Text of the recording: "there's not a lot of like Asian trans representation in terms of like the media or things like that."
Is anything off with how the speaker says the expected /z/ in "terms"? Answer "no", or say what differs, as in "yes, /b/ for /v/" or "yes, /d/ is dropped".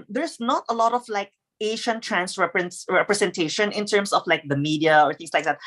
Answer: yes, /s/ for /z/